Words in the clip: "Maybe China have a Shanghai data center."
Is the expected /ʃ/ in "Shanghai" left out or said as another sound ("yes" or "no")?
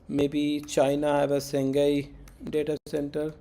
yes